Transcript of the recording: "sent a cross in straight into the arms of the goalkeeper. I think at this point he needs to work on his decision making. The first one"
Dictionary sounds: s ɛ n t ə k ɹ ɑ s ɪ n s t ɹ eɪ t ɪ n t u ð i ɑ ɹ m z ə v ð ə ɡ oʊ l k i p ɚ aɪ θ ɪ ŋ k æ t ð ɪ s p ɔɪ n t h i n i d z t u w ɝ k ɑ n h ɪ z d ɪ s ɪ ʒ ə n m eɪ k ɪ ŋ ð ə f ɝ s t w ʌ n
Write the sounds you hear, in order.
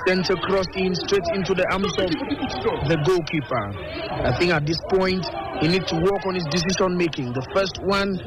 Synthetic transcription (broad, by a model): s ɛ n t ə k ɹ ɑ s ɪ n s t ɹ eɪ t ɪ n t u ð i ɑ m s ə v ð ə ɡ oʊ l k i p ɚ aɪ θ ɪ ŋ k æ t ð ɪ s p ɔɪ n t h i n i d t u w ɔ k ɑ n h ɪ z d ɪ s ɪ ʃ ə n m eɪ k ɪ ŋ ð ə f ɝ s t w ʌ n